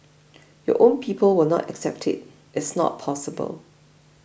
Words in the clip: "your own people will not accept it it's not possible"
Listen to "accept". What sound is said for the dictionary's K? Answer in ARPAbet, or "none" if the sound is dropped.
K